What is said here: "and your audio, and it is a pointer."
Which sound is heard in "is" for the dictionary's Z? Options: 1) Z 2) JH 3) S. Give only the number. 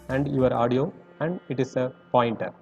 3